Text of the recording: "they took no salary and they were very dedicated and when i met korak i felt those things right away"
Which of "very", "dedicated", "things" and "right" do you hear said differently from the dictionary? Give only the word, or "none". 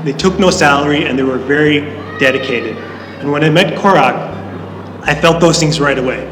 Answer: none